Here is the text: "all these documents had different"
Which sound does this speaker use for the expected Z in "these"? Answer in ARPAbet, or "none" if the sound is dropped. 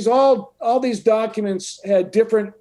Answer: Z